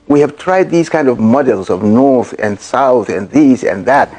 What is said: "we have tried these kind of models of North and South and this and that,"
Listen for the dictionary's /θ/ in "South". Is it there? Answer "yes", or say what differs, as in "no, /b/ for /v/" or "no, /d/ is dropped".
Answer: yes